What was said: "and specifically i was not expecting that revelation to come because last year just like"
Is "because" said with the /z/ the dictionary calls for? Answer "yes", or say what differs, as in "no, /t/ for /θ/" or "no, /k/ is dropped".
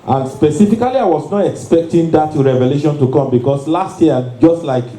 no, /s/ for /z/